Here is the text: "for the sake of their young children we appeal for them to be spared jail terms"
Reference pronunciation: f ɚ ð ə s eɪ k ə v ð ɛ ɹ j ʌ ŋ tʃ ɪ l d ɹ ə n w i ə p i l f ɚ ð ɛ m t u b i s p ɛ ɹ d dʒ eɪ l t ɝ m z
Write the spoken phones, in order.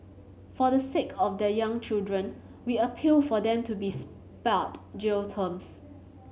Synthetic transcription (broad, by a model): f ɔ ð ə s eɪ k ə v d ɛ j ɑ ŋ tʃ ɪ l d ɹ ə n w i ə p i l f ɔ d ɛ m t u b i s p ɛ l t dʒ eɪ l t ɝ m s